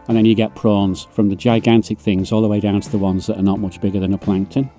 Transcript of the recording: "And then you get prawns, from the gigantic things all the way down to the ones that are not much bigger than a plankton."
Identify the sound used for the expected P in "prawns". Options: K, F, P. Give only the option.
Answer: P